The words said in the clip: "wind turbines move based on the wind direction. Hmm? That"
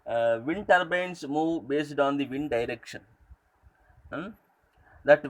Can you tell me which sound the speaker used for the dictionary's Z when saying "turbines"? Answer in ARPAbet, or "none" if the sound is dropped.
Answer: S